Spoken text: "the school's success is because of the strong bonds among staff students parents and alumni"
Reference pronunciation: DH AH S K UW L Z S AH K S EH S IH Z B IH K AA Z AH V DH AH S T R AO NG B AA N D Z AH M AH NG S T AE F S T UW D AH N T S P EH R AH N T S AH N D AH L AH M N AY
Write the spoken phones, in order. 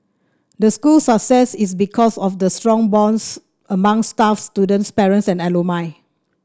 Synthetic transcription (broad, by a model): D AH S K UW L S AH K S EH S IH S B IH K AA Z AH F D AH S T R AO NG B AA N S AH M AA NG S T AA F S T UW D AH N T S P EH R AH N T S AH N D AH L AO M AY